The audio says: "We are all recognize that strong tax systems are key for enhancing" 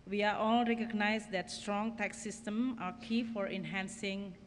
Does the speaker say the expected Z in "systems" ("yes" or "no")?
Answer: no